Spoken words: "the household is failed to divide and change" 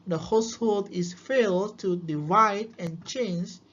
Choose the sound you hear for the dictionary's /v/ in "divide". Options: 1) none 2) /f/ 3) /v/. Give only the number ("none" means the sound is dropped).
3